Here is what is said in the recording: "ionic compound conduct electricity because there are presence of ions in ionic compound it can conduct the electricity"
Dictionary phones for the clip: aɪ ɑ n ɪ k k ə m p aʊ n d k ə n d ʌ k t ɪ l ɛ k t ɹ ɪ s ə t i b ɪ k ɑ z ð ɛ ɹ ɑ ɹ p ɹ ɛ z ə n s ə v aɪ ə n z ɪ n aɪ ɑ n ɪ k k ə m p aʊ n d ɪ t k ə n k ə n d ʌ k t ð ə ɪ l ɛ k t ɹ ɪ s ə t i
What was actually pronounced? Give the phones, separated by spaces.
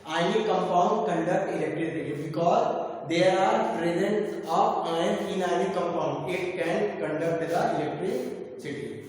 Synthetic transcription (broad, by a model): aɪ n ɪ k k ə m p aʊ n d k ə n d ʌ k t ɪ l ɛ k t ɹ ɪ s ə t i b ɪ k ɑ z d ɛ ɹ ɑ ɹ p ɹ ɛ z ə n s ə p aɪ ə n ɪ n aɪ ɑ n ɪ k k ə m p aʊ n d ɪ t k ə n k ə n d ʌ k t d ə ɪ l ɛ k t ɹ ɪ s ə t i